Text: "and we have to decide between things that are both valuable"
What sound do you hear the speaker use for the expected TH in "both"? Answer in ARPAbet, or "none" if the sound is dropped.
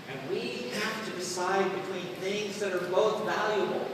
TH